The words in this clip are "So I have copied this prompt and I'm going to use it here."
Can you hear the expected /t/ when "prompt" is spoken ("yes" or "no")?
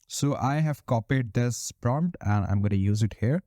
yes